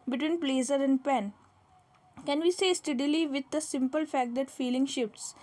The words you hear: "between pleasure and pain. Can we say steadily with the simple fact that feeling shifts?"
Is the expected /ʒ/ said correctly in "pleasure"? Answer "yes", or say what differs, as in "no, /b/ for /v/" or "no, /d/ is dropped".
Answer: no, /z/ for /ʒ/